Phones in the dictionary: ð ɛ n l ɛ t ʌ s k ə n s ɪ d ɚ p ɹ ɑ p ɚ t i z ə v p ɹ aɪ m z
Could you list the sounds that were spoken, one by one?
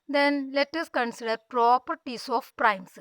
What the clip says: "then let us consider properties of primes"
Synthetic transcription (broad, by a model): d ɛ n l ɛ t ʌ s k ə n s ɪ d ɚ p ɹ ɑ p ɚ t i s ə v p ɹ aɪ m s